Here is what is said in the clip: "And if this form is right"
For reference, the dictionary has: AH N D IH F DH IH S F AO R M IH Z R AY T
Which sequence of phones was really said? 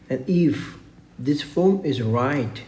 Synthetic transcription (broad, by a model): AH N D IH F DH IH S F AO L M IH Z R AY T